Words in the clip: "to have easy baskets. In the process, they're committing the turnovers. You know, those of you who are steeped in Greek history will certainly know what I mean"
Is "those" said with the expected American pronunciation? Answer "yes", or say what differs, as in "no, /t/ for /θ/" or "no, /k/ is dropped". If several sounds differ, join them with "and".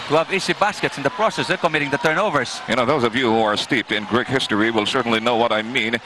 yes